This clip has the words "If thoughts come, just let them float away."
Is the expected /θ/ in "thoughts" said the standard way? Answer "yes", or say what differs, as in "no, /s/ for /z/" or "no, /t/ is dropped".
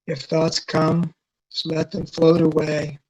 yes